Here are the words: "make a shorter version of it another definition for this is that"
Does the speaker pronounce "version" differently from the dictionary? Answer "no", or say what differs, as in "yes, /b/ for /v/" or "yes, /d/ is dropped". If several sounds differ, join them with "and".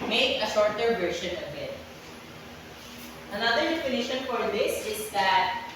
yes, /ʃ/ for /ʒ/